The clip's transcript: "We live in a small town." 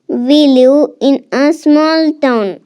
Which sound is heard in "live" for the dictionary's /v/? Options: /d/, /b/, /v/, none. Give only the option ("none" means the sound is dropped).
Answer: none